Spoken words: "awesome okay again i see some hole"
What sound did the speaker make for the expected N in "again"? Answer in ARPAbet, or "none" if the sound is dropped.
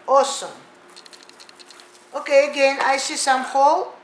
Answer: N